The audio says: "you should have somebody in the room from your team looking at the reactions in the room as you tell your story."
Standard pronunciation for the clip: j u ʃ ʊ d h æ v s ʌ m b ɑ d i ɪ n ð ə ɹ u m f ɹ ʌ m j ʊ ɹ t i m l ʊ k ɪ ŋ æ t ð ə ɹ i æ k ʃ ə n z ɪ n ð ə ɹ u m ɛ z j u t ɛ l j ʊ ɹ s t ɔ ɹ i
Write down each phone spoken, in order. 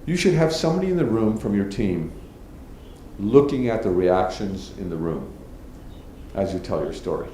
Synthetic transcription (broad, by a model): j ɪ ʃ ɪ d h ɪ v s ʌ m b ɑ d i ɪ n ð ə ɹ u m f ɹ ʌ m j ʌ ɹ t i m l ʊ k ɪ ŋ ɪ t ð ə ɹ i æ k ʃ ə n z ɪ n ð ə ɹ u m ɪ z j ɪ t ɛ l j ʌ ɹ s t ɔ ɹ i